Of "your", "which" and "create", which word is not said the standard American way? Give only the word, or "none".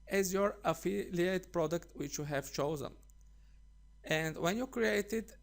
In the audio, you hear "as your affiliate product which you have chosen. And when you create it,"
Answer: none